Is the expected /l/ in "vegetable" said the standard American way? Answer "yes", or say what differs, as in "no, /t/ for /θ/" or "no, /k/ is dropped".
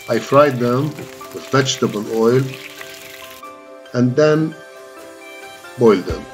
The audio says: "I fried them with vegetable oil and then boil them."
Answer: no, /n/ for /l/